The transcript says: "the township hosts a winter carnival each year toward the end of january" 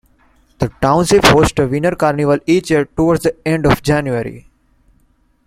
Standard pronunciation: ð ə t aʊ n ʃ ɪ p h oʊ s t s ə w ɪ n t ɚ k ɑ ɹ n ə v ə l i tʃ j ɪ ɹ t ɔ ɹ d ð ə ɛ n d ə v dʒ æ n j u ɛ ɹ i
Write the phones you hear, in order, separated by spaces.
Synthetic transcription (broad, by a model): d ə t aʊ n s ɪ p h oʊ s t ə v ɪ n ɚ k ɑ ɹ n ə v ə l i tʃ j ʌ ɹ t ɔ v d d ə ɛ n d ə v dʒ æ n j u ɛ ɹ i